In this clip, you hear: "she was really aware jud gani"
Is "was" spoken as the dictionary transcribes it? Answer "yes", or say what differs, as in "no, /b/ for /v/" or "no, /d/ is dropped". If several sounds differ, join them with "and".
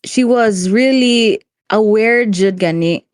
yes